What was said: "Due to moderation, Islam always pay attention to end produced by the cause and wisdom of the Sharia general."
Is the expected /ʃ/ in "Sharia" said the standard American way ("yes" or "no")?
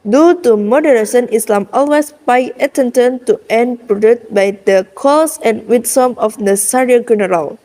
no